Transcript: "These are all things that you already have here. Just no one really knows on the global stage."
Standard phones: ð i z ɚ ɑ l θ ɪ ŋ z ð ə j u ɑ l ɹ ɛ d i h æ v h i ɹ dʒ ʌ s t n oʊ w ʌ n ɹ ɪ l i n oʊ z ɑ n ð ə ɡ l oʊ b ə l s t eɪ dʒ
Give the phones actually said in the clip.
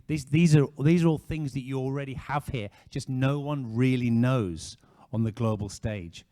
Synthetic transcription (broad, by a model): ð i z ɚ ɑ l θ ɪ ŋ z ð ə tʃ ɑ l ɹ ɛ d i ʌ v h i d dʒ ʌ s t n oʊ w ʌ n ɹ ɪ l i n oʊ z n ð ə ɡ l oʊ b ə l s t eɪ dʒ